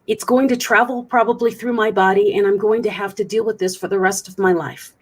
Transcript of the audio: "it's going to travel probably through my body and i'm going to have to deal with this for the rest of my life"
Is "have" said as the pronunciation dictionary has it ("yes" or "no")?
no